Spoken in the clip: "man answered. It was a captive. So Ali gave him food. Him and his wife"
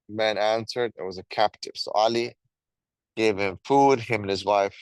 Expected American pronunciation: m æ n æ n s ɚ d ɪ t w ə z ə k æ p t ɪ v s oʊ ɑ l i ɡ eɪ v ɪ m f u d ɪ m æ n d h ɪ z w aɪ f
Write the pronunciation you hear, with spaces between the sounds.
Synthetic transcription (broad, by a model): m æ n æ n s ɚ d ɪ t w ə z ə k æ p t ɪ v s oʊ ɑ l i ɡ eɪ v ɪ m f u d ɪ m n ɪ z w aɪ f